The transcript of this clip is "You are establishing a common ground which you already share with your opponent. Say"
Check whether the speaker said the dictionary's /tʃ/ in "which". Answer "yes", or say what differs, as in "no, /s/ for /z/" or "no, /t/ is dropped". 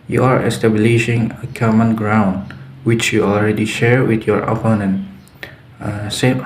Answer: yes